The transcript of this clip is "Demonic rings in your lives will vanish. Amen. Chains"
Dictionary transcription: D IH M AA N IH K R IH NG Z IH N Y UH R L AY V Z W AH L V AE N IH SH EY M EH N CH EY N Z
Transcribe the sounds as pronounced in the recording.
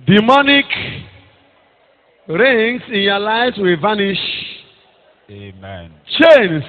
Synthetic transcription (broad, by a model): D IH M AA N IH K R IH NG S IH N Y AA L AY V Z W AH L V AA N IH SH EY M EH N CH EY N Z